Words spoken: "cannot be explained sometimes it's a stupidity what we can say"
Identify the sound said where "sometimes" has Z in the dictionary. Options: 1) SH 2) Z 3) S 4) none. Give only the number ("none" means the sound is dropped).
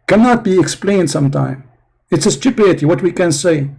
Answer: 4